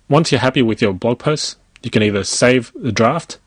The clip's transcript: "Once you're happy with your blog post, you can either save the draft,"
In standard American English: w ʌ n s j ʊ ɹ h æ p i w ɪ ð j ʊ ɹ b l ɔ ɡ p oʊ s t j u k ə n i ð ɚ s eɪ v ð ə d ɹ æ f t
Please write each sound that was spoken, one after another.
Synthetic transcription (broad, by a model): w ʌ n s j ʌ ɹ h æ p i w ɪ ð j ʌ ɹ b l ɔ ɡ p oʊ s t j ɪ k ə n i ð ɚ s eɪ v ð ə d ɹ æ f t